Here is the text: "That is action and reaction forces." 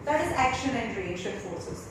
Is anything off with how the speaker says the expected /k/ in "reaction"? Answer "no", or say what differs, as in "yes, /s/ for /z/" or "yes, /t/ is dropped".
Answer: yes, /k/ is dropped